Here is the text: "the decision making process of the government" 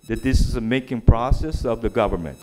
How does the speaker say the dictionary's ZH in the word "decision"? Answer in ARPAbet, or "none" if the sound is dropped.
Z